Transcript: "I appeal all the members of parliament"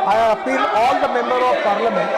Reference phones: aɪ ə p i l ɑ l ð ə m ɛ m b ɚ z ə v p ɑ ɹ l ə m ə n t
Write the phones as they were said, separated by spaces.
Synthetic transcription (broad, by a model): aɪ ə f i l ɑ l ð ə m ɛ m b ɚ ə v p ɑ ɹ l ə m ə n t